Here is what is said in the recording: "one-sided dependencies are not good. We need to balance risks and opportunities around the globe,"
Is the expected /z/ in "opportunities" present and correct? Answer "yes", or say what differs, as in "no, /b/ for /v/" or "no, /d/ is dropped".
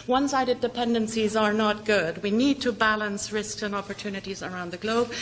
yes